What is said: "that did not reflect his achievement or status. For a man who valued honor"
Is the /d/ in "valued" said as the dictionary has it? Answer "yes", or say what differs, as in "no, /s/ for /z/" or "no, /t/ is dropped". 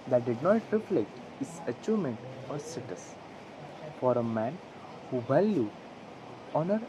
no, /d/ is dropped